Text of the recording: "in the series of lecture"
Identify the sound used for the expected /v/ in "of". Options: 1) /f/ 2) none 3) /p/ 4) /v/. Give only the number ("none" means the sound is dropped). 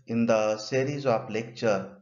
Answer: 3